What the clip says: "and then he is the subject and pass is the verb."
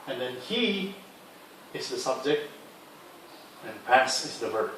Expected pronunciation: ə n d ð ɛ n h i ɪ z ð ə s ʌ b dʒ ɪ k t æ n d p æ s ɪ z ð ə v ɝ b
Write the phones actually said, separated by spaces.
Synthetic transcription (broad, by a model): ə n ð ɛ n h i ɪ z ð ə s ʌ b dʒ ɪ k t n p æ s ɪ z ð ə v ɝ